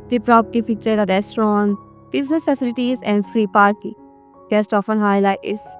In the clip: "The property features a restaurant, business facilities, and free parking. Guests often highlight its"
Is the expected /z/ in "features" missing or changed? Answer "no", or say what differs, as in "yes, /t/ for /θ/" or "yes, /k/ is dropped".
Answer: yes, /z/ is dropped